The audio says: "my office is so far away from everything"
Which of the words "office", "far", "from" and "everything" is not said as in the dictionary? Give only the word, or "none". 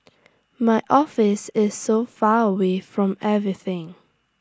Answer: none